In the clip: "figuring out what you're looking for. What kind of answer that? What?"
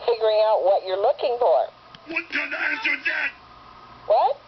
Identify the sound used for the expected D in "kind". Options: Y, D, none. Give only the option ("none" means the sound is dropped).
none